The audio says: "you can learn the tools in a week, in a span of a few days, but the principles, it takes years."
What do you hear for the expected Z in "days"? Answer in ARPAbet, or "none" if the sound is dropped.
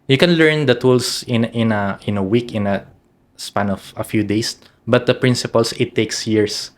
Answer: S